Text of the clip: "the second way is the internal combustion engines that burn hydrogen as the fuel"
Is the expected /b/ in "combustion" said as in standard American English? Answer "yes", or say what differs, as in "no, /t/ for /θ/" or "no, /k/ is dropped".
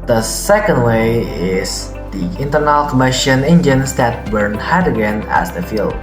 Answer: no, /b/ is dropped